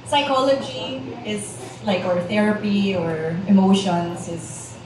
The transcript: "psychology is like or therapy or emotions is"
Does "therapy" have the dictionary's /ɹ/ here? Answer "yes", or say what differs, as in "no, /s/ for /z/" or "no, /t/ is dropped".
yes